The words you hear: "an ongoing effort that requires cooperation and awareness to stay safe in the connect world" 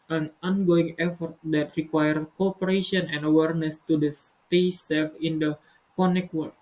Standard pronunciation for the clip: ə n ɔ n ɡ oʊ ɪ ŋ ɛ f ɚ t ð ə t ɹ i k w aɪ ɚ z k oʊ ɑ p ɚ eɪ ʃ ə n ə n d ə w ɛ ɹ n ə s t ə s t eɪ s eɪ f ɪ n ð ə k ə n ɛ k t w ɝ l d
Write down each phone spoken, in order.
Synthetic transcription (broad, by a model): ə n ɔ n ɡ oʊ ɪ ŋ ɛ f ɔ t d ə t ɹ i k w aɪ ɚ k oʊ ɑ p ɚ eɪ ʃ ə n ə n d ə w ɛ ɹ n ə s t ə s t eɪ s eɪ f ɪ n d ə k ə n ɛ k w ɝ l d